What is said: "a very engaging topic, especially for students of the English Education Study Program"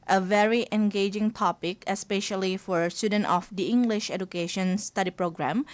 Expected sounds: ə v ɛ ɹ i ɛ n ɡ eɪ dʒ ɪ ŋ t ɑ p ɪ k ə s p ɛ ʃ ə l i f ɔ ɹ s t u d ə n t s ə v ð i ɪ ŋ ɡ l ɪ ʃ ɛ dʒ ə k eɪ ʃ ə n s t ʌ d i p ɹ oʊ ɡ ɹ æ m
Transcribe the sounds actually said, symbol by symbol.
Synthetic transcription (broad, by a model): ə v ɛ ɹ i ɛ n ɡ eɪ dʒ ɪ ŋ t ɑ p ɪ k ə s p ɛ ʃ ə l i f ɔ ɹ s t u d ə n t ə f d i ɪ ŋ ɡ l ɪ ʃ ɛ dʒ ə k eɪ ʃ ə n s t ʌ d i p ɹ oʊ ɡ ɹ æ m